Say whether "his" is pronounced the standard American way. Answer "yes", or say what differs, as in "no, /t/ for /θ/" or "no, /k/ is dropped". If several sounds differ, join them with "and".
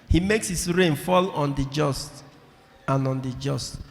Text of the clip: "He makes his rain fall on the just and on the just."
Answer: no, /s/ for /z/